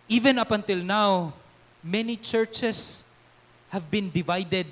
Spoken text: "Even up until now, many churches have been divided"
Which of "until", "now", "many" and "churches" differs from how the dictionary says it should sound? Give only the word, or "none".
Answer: churches